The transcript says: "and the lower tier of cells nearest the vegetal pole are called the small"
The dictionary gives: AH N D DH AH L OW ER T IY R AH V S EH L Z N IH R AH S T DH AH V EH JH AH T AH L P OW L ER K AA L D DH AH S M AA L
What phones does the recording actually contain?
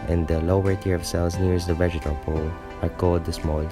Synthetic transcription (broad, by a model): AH N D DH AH L OW ER T IY R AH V S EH L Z N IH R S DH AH V EH JH AH T AH L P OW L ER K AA D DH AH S M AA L